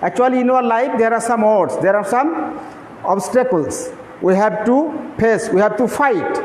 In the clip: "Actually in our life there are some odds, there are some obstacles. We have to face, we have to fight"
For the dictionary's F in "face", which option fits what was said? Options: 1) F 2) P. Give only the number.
2